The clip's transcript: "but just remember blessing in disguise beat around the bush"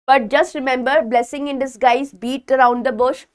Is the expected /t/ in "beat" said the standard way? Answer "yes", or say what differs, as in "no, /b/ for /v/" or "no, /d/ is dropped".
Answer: yes